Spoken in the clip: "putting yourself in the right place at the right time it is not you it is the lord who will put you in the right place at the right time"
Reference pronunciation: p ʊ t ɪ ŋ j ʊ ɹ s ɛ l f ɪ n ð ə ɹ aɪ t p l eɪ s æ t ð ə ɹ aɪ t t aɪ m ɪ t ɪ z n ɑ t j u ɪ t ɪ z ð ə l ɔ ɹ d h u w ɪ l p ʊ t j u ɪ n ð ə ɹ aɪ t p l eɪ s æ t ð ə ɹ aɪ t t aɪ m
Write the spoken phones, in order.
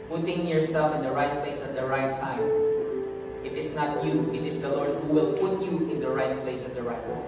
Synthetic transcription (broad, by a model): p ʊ t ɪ ŋ j ʊ ɹ s ɛ l f ɪ n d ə ɹ aɪ t p l eɪ s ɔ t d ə ɹ aɪ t t aɪ m ɪ t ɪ s n ɑ t j u ɪ t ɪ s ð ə l ɔ ɹ d h u w ɪ l p ʊ t j u ɪ n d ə ɹ aɪ t p l eɪ s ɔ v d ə ɹ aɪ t t aɪ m